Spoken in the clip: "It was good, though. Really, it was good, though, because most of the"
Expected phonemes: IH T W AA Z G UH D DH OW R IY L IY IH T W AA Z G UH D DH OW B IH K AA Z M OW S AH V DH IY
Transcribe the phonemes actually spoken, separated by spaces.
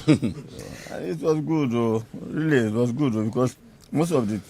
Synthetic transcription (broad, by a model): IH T W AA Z G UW D OW R IY L IY IH T W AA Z G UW D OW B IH K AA S M OW S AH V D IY